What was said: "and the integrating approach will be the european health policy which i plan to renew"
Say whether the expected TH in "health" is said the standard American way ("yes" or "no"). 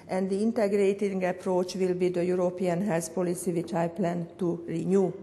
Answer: no